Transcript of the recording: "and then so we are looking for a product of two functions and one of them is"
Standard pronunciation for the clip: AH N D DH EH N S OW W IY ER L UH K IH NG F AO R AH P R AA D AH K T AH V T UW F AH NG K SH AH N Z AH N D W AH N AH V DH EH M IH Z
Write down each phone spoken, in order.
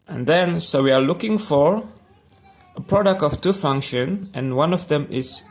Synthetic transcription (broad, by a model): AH N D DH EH N S OW W IY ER L UH K IH NG F AO R AH P R AA D AH K T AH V T UW F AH NG K SH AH N AH N W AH N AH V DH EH M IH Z